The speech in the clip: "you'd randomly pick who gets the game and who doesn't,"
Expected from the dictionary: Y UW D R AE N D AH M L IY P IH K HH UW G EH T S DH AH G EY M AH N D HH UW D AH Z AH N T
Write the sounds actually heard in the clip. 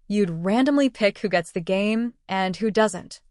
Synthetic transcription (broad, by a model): Y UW D R AE N D AH M L IY P IH K HH UW G EH T S DH AH G EY M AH N HH UW D AH Z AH N T